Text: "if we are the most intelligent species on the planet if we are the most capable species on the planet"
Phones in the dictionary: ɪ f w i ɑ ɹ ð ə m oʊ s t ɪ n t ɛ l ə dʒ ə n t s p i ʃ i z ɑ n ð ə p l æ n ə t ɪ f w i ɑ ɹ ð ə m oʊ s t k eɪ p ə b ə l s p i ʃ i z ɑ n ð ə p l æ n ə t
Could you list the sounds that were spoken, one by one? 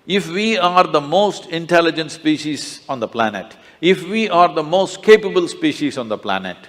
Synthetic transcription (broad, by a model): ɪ f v i ɑ ɹ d ə m oʊ s t ɪ n t ɛ l ə dʒ ə n t s p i ʃ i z ɑ n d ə p l æ n ə t ɪ f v i ɑ ɹ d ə m oʊ s t k eɪ p ə b ə l s p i ʃ i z ɑ n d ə p l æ n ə t